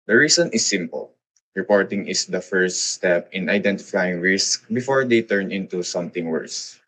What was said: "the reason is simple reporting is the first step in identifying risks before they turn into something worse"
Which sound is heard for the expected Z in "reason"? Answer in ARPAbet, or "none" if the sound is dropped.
S